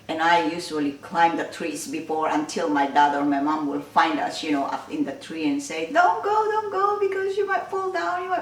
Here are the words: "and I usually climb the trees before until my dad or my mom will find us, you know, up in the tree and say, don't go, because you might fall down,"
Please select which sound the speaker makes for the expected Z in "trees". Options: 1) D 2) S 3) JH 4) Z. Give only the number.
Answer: 2